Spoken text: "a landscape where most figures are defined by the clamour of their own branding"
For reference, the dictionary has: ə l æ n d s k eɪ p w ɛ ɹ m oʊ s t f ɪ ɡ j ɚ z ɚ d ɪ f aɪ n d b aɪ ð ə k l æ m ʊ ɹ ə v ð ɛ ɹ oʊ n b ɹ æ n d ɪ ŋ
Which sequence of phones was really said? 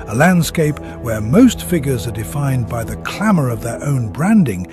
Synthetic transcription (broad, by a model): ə l æ n d s k eɪ p w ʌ ɹ m oʊ s t f ɪ ɡ j ɚ z ɚ d ɪ f aɪ n b aɪ ð ə k l æ m ʊ ɹ ə v ð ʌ ɹ oʊ n b ɹ æ n d ɪ ŋ